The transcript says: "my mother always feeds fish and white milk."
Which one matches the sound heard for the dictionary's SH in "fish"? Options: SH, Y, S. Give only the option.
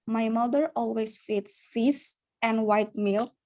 S